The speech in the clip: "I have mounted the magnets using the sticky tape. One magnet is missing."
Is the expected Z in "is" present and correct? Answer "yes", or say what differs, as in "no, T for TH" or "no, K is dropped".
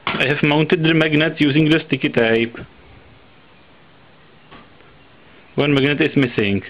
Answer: no, S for Z